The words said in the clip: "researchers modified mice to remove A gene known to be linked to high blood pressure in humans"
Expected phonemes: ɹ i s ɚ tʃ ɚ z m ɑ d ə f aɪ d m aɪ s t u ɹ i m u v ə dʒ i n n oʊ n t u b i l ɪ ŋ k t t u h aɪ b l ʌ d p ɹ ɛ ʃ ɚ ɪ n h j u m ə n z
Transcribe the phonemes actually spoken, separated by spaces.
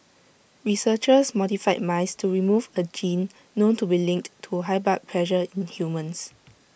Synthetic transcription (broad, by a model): ɹ i s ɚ tʃ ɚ s m ɑ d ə f aɪ m aɪ s t u ɹ i m u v ə dʒ i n n oʊ n t u b i l ɪ ŋ k t t u h aɪ b ɑ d p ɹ ɛ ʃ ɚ ɪ n h j u m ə n s